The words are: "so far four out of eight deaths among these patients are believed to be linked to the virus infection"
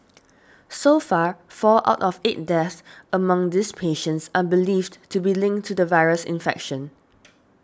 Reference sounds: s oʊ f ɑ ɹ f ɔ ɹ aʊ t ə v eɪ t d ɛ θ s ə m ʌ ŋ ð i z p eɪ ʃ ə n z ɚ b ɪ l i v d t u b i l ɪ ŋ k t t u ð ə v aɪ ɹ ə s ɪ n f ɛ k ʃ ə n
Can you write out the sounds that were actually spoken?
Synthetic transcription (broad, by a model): s oʊ f ɑ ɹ f ɔ l aʊ t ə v eɪ t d ɛ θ ə m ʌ ŋ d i s p eɪ ʃ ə n s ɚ b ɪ l i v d t u b i l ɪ ŋ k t t u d ə v aɪ ɹ ə s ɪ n f ɛ k ʃ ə n